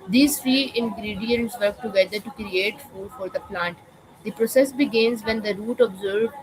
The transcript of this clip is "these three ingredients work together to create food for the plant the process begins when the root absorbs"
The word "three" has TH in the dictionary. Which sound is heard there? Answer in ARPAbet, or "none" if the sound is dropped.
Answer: F